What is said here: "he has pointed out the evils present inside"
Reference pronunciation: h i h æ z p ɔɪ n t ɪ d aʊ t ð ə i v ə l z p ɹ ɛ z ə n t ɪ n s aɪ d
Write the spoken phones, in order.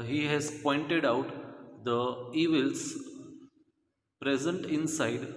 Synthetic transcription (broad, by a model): h i h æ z p ɔɪ n t ɪ d aʊ t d ə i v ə l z p ɹ ɛ z ə n t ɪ n s aɪ d